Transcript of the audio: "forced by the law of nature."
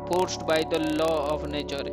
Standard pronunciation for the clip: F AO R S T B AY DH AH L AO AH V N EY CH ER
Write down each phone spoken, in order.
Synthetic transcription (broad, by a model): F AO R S T B AY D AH L AO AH P N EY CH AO